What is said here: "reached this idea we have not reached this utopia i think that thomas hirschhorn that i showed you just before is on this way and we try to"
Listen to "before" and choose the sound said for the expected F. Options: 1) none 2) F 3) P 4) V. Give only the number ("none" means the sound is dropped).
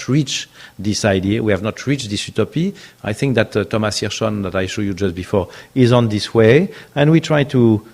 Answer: 2